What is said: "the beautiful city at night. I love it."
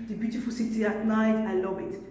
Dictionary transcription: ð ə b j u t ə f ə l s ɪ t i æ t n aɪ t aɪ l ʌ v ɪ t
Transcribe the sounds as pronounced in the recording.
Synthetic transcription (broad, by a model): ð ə b j u t ə f ə l s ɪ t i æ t n aɪ t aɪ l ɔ b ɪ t